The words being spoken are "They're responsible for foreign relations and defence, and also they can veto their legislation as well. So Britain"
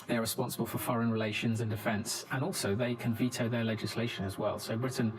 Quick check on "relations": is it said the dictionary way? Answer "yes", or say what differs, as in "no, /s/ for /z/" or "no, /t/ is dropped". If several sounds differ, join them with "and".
yes